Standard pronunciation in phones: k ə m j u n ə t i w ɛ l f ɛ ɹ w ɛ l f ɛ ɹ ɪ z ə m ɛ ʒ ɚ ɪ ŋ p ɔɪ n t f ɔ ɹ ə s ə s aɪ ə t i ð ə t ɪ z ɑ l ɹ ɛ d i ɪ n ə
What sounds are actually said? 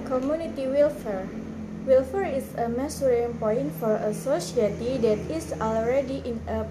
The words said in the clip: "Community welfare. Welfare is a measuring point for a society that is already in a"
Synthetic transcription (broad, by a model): k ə m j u n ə t i w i l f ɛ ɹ w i l f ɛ ɹ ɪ s ə m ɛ s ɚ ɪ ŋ p ɔɪ n t f ɔ ɹ ə s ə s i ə t i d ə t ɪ s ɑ l ɹ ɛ d i ɪ n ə